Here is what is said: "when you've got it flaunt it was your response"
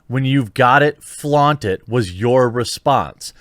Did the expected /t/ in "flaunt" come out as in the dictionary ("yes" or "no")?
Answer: yes